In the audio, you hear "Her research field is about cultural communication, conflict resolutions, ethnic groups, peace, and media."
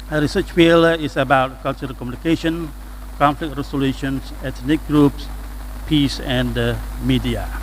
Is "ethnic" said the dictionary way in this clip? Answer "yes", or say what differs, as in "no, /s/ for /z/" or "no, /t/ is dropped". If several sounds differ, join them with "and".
no, /t/ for /θ/